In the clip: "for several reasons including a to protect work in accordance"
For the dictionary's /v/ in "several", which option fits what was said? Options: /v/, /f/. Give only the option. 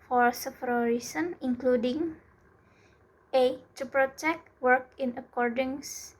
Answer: /f/